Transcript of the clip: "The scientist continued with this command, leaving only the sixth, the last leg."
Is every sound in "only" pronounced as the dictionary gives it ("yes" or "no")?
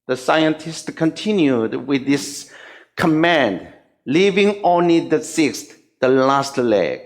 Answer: yes